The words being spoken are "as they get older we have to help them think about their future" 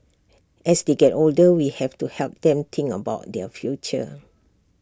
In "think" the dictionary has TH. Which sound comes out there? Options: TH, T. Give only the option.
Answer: T